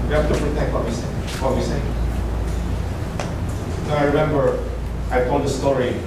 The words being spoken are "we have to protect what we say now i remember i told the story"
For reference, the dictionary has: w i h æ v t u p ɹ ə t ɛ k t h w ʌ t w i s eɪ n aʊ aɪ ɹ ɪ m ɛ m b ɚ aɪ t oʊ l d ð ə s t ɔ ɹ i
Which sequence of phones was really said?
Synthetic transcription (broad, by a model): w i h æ f t u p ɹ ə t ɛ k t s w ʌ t w i s eɪ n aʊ aɪ ɹ ɪ m ɛ m b ɚ aɪ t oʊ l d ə s t ɔ ɹ i